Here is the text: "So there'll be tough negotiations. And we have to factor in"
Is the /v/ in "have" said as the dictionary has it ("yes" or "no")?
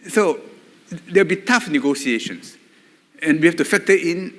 no